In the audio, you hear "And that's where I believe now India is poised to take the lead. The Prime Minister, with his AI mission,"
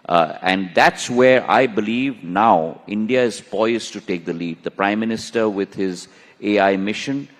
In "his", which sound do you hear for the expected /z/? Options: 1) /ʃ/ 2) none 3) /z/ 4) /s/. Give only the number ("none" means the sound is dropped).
3